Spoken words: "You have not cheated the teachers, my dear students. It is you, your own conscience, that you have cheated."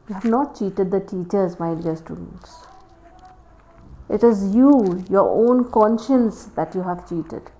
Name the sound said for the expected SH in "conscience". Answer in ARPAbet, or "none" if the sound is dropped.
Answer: SH